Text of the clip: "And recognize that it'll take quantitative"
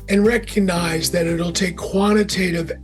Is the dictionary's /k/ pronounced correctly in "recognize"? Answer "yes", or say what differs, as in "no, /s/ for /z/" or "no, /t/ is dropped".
yes